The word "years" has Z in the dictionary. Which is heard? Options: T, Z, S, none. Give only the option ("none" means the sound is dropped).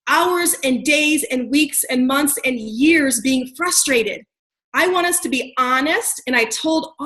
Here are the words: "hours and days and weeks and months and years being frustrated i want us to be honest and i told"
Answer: Z